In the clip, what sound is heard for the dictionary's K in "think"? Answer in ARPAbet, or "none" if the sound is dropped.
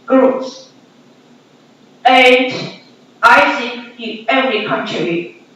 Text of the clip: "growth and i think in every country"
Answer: none